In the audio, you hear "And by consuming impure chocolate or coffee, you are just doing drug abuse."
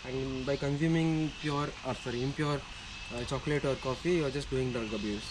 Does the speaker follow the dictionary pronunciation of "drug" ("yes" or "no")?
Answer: no